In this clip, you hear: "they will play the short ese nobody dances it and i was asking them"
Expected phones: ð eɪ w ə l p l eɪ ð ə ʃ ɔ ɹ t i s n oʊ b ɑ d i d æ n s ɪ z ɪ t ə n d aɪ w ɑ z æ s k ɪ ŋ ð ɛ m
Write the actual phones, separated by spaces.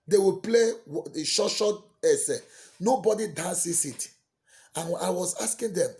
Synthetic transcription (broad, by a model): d eɪ w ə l p l eɪ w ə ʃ ɔ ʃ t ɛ s n oʊ b ɑ d i d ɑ n s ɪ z ɪ t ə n aɪ w ɑ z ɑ s k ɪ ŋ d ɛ m